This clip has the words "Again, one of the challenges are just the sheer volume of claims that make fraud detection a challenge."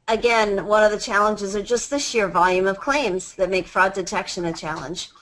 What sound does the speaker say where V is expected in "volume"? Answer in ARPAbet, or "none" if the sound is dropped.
V